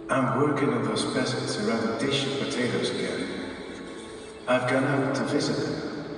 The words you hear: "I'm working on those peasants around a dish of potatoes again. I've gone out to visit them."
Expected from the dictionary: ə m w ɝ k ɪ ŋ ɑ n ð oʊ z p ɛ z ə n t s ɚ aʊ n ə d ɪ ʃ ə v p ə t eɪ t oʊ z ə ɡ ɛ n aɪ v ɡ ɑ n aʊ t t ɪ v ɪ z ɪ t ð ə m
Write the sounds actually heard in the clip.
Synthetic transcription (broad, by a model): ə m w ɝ k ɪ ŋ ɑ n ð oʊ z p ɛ s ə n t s ɚ aʊ n ə d ɪ ʃ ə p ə t eɪ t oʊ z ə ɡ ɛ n aɪ v ɡ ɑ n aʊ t t ɪ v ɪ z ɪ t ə